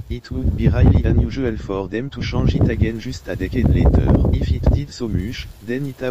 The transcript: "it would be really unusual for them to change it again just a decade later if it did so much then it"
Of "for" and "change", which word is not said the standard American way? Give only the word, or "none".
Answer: change